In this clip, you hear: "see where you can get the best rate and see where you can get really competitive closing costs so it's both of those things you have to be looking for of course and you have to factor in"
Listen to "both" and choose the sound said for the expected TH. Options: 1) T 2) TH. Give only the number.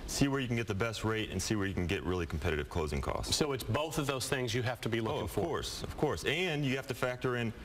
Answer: 2